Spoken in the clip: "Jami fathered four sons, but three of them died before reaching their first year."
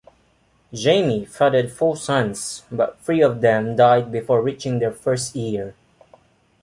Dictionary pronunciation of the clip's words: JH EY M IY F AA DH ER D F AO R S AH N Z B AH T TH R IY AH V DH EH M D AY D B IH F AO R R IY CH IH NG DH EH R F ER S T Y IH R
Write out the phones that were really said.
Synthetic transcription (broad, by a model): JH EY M IY F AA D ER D F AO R S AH N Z B AH T F R IY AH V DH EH M D AY D B IH F AO R R IY CH IH NG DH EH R F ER S T Y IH R